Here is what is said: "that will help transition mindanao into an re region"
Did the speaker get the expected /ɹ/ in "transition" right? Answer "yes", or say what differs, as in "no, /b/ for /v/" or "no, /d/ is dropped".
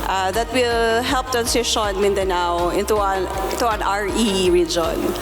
no, /ɹ/ is dropped